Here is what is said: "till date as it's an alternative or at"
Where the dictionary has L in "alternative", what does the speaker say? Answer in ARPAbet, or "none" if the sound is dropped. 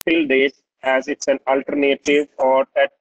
L